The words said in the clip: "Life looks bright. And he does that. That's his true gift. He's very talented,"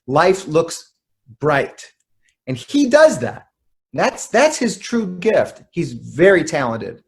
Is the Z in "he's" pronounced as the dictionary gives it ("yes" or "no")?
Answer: yes